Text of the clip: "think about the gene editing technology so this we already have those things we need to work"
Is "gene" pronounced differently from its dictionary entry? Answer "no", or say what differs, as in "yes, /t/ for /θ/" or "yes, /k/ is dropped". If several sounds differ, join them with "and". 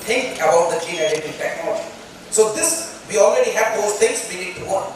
yes, /tʃ/ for /dʒ/